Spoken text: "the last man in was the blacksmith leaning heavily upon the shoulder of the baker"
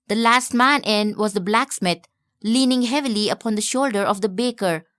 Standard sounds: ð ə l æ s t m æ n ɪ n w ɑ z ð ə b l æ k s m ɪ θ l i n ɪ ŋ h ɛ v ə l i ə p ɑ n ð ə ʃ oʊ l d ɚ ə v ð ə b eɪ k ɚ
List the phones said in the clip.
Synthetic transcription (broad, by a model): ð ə l æ s t m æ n ɪ n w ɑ z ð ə b l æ k s m ɪ t l i n ɪ ŋ h ɛ v ə l i ə p ɑ n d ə ʃ oʊ l d ɚ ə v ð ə b eɪ k ɚ